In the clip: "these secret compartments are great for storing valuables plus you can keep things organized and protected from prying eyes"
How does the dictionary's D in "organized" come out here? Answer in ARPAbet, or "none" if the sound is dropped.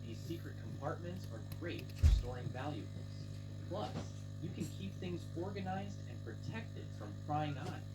D